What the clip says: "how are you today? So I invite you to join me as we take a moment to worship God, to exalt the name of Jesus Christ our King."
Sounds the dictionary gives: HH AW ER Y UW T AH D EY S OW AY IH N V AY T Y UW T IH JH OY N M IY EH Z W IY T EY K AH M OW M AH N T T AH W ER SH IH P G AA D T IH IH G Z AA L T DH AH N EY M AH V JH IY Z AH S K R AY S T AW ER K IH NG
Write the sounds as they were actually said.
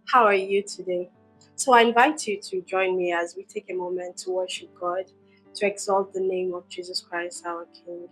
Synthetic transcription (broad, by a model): HH AW ER Y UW T AH D EY S OW AY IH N V AY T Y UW T IH JH OY N M IY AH Z W IY T EY K AH M OW M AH N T T AH W ER SH IH P G AA D T IH IH G Z AA L T DH AH N EY M AH V JH IY Z AH S K R AY S T AW ER K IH NG